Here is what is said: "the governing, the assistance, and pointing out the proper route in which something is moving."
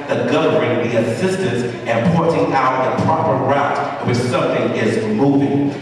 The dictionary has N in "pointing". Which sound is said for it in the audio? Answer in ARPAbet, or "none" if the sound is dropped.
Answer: none